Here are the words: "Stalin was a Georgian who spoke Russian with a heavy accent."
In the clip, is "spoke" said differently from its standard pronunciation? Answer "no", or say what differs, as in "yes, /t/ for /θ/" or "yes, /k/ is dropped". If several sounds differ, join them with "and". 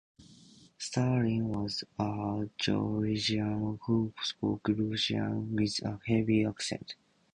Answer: yes, /f/ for /p/